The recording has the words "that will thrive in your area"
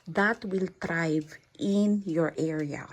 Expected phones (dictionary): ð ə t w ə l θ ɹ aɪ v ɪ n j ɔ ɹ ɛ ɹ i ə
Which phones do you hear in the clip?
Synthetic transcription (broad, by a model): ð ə t w ə l t ɹ aɪ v ɪ n j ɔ ɹ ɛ ɹ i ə